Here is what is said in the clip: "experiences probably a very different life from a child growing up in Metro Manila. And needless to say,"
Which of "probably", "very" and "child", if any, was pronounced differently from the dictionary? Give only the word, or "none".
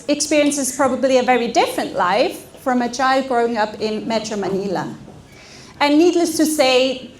none